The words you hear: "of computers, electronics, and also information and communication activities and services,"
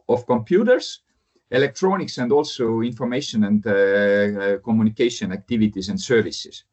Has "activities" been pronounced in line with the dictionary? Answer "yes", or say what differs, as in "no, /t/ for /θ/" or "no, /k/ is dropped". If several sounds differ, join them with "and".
no, /s/ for /z/